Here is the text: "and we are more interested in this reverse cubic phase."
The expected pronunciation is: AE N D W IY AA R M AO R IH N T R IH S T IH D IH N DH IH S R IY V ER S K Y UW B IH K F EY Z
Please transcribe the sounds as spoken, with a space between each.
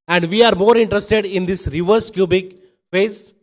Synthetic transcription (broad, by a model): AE N D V IY AA R M AO R IH N T R IH S T IH D IH N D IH S R IY V ER S K Y UW B IH K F EY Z